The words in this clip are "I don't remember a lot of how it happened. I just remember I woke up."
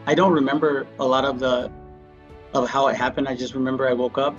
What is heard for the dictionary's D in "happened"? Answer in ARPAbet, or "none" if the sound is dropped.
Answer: D